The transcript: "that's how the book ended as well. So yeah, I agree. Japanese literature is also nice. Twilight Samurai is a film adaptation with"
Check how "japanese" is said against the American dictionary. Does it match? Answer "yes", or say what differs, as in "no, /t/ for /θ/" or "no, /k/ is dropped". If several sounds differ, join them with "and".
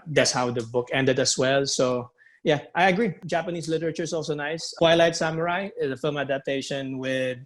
no, /s/ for /z/